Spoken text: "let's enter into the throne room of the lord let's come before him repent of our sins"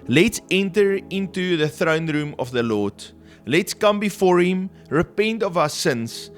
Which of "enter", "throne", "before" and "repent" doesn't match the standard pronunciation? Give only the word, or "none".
none